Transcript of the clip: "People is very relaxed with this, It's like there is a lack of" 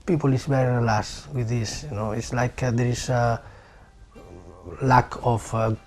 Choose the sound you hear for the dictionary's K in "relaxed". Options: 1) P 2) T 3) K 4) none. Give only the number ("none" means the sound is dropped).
4